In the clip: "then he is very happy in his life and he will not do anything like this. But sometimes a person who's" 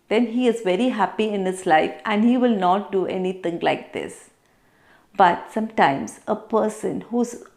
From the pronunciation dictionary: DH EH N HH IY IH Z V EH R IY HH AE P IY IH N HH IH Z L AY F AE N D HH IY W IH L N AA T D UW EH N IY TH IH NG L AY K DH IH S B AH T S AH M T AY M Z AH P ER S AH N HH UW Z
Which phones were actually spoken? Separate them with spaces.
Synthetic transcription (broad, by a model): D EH N HH IY IH Z V EH R IY HH AE P IY IH N HH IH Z L AY F AE N D HH IY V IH L N AA T D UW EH N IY T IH NG L AY K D IH S B AH T S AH M T AY M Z AH P ER S AH N HH UW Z